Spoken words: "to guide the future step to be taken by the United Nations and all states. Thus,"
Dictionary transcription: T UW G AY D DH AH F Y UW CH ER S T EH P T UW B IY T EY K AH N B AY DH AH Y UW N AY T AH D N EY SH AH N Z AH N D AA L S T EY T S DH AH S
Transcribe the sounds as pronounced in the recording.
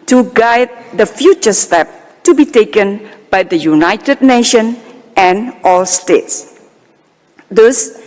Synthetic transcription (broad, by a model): T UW G AY D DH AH F Y UW CH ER S T EH P T UW B IY T EY K AH N B AY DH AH Y UW N AY T AH D N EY SH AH N AH N AA L S T EY T S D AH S